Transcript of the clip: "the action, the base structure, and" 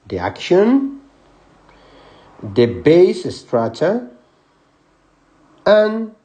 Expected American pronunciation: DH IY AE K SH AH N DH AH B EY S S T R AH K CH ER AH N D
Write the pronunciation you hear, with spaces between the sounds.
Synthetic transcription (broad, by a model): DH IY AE K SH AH N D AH B EY S S T R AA CH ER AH N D